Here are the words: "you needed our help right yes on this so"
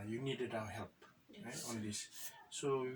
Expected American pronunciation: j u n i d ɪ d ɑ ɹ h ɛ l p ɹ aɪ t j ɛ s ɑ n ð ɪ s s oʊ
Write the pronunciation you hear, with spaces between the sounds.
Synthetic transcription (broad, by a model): j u n i d ɪ d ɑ w h ɛ l p ɹ aɪ t ɑ n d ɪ s s oʊ